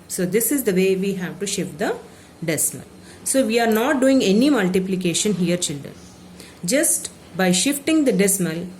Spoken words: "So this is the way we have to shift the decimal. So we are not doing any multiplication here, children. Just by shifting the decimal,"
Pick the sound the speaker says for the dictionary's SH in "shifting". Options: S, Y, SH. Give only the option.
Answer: SH